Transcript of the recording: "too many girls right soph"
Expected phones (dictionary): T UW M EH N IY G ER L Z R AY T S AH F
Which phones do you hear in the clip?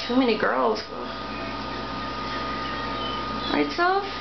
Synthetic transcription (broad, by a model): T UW M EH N IY G ER L Z W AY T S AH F